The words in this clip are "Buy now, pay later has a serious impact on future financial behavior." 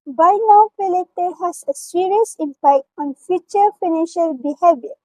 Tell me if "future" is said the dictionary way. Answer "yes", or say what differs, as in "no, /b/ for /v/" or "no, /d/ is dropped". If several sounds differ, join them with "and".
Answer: yes